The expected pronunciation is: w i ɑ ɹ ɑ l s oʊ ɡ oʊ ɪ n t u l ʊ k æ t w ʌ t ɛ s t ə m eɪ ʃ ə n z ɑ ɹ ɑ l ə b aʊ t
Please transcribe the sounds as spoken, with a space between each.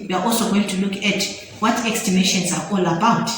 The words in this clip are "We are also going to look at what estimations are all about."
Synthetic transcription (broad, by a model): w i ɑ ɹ ɑ l s oʊ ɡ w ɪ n t u l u k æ t w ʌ t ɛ s t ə m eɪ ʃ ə n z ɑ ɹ ɑ l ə b aʊ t